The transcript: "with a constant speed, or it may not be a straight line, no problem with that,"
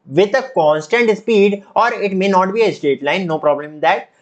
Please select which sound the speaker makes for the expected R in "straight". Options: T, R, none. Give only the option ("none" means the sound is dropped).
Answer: none